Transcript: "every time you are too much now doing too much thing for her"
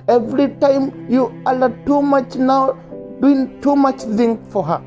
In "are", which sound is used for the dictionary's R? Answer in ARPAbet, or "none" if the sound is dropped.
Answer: L